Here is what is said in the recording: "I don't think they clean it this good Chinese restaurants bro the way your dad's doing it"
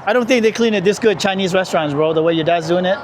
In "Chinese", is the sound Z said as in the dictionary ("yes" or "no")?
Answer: yes